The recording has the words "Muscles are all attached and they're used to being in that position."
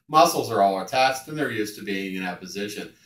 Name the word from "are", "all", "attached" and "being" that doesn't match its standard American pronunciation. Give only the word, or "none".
attached